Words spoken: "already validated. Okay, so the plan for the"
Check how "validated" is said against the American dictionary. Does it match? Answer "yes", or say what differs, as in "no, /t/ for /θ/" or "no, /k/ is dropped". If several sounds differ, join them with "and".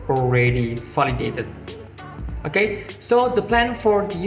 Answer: no, /f/ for /v/